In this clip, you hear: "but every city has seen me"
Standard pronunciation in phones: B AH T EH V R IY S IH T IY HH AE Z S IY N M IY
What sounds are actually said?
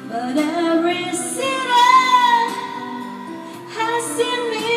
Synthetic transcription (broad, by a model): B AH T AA R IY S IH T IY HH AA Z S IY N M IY